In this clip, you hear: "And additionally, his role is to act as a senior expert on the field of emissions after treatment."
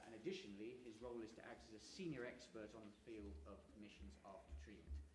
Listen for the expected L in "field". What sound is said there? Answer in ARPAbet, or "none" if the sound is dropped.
L